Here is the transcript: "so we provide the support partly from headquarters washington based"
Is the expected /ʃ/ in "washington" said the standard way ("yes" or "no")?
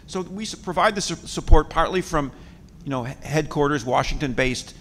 yes